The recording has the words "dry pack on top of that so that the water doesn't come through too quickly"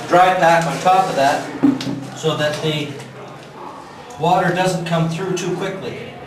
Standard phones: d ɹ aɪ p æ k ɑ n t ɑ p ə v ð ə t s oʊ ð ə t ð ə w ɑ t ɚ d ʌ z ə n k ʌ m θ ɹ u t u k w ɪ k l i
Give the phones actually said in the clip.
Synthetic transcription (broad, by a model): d ɹ aɪ b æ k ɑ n t ɑ p ə v ð ə t s oʊ ð ə t ð ə w ɑ t ɚ d ʌ z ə n k ʌ m θ ɹ u t u k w ɪ k l i